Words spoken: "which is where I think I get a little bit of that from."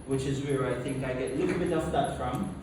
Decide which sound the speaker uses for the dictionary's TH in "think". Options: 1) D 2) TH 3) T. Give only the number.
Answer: 2